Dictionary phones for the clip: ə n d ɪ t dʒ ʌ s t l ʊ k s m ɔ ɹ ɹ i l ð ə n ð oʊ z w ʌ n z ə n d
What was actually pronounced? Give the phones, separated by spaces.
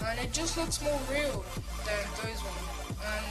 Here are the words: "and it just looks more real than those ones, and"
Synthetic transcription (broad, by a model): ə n ɪ t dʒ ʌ s t l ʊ k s m ɔ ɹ ɹ i l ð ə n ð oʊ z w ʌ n ə n